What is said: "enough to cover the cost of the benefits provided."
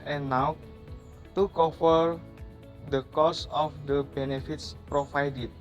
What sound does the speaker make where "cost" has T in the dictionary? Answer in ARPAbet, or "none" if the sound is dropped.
none